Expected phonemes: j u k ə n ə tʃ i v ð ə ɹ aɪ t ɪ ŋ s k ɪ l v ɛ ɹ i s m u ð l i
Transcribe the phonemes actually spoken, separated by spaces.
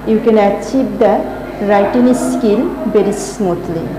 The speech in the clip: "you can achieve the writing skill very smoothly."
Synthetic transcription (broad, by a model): j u k ə n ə tʃ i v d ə ɹ aɪ t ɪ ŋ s k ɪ l b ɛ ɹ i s m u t l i